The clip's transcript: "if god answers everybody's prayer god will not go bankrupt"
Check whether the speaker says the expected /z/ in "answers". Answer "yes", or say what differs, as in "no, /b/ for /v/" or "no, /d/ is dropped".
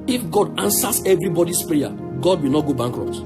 no, /s/ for /z/